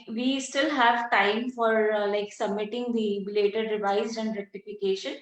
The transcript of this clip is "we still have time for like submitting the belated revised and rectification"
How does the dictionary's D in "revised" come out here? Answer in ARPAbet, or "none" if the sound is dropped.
none